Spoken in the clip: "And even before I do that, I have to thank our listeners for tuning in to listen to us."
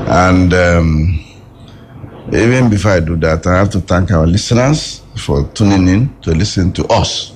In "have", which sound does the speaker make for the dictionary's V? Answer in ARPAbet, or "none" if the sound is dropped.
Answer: F